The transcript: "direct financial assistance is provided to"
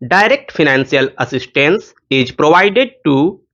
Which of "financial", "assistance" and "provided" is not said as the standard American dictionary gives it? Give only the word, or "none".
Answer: financial